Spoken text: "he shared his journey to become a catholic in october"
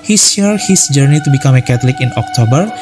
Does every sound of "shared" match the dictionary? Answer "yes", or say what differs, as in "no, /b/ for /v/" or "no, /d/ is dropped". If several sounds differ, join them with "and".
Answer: no, /s/ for /ʃ/